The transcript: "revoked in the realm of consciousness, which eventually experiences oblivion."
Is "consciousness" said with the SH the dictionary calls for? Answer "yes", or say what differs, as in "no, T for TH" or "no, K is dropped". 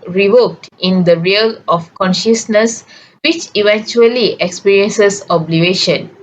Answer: yes